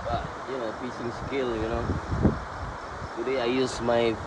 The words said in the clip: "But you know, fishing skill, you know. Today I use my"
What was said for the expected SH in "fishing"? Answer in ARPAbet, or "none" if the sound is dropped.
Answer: S